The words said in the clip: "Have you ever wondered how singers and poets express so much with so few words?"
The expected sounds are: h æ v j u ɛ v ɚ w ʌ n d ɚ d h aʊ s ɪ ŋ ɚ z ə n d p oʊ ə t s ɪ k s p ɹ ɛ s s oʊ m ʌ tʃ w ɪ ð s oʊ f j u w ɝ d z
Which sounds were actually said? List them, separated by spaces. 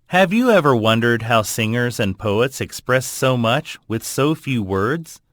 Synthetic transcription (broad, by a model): h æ v j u ɛ v ɚ w ʌ n d ɚ d h aʊ s ɪ ŋ ɚ z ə n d p oʊ ə t s ɪ k s p ɹ ɛ s s oʊ m ʌ tʃ w ɪ ð s oʊ f j u w ɝ d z